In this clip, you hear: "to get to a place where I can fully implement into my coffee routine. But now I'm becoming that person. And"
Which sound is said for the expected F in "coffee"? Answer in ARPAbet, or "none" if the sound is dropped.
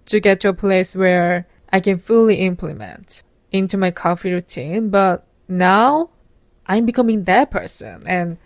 F